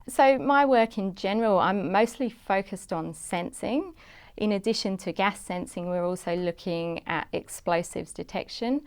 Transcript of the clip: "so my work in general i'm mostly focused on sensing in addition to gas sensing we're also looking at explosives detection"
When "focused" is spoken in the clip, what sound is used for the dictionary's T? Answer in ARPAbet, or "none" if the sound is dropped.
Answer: T